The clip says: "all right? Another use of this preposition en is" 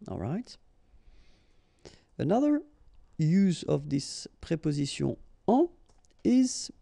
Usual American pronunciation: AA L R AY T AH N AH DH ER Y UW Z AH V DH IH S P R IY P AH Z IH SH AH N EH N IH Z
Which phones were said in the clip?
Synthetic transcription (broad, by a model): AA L R AY T AH N AH DH ER Y UW Z AH V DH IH S P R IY P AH Z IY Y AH AA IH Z